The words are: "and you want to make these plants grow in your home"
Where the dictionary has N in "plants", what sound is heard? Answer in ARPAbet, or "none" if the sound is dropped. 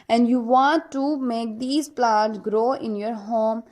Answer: none